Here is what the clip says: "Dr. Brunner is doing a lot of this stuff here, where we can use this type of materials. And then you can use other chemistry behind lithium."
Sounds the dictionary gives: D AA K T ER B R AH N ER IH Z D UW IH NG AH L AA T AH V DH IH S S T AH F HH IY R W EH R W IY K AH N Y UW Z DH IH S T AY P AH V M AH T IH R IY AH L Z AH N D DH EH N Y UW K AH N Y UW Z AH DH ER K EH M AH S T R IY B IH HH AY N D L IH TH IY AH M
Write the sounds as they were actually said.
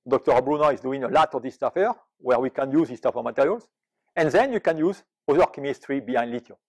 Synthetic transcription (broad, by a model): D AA K T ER B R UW N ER IH Z D UW IH NG AH L AA T AH V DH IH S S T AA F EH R W EH R W IY K AH N Y UW Z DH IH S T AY F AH M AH T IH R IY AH L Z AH N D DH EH N Y UW K AH N Y UW Z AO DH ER K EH M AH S T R IY B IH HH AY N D L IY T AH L